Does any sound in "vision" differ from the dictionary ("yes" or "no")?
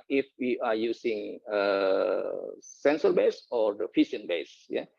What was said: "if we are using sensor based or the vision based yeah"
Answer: yes